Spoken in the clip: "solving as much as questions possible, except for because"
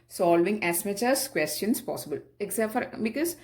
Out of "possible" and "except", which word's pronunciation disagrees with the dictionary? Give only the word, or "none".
except